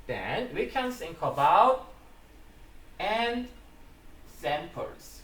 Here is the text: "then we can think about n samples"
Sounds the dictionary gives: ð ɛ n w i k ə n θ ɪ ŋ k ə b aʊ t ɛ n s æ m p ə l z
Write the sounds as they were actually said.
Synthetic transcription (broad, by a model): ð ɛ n w i k ə n s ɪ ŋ k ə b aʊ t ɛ n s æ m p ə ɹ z